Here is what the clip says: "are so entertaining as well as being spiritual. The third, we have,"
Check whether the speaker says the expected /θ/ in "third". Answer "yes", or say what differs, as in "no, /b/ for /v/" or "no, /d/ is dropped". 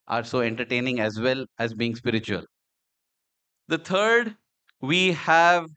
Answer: no, /t/ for /θ/